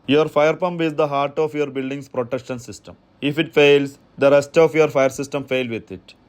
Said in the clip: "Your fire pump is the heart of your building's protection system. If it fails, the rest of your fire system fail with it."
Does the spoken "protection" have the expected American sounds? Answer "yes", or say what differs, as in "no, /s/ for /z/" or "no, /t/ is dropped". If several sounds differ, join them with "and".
yes